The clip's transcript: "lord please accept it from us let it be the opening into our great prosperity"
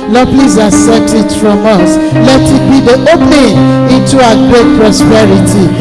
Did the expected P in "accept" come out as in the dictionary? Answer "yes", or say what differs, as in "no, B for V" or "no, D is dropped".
no, P is dropped